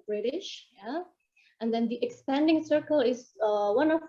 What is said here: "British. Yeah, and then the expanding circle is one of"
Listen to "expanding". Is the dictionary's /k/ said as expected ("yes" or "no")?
yes